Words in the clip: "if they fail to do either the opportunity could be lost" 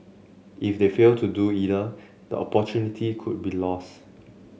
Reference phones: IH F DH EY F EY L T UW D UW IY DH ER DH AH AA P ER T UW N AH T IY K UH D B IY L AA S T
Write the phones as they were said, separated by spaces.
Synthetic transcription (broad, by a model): IH F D EY F EY L T UW D UW IY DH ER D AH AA P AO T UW N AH T IY K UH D B IY L AA S T